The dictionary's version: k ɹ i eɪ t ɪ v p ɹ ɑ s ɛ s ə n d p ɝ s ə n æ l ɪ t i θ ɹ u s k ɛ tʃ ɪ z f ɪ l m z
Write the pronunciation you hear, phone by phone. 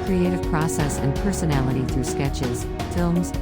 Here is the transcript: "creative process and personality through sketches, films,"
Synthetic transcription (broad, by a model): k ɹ i eɪ t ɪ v p ɹ ɑ s ɛ s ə n p ɝ s ə n æ l ɪ t i θ ɹ u s k ɛ tʃ ɪ z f ɪ l m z